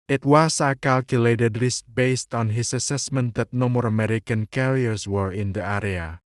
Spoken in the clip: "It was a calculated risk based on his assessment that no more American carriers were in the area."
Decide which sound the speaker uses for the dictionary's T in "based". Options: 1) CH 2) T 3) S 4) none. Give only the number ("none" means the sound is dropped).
2